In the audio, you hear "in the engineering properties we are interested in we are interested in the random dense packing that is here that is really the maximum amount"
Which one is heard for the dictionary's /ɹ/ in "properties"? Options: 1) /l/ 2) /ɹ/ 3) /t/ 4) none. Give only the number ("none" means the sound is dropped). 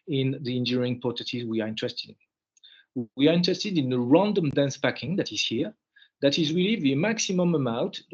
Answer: 4